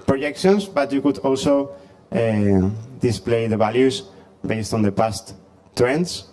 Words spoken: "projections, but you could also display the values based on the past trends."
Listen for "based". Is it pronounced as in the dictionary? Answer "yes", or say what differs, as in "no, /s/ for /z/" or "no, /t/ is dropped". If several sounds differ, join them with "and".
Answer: yes